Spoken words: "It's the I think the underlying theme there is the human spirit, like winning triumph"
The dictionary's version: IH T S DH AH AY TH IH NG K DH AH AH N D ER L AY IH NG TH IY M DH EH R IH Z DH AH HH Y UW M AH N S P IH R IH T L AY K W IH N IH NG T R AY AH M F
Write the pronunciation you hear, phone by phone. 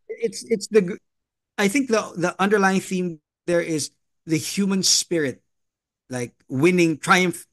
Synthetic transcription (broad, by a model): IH T S DH AH AY TH IH NG K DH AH AH N D ER L AY IH NG TH IY M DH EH R IH Z DH AH HH Y UW M AH N S P IH R IH T L AY K W IH N IH NG T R AY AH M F